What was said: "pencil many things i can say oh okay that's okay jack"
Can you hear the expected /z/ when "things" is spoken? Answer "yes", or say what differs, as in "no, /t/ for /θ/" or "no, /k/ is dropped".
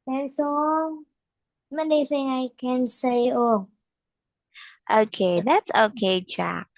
no, /z/ is dropped